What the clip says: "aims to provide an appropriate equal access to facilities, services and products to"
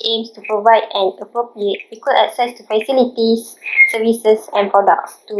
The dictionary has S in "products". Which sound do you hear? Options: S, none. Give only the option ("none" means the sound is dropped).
S